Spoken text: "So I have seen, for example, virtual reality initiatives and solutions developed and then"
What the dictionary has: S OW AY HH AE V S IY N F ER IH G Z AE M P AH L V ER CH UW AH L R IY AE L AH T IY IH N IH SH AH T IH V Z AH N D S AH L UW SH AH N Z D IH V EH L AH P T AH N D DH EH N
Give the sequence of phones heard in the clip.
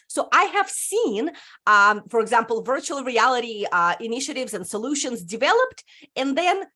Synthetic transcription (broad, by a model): S OW AY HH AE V S IY N F ER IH G Z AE M P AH L V ER CH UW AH L R IY AE L AH T IY IH N IH SH AH T IH V Z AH N S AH L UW SH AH N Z D IH V EH L AH P T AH N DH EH N